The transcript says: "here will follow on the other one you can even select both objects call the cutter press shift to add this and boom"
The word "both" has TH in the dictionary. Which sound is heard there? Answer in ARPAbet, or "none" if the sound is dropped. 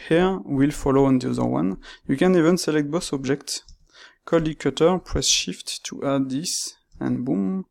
S